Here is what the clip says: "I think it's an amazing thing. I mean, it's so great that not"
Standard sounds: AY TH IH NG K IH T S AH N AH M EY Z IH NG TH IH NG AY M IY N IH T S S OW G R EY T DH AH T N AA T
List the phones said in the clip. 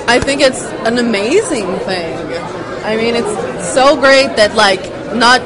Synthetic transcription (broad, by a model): AY TH IH NG K IH T S AH N AH M EY Z IH NG TH IH NG AY M IY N IH T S S OW G R EY T DH AH T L AA T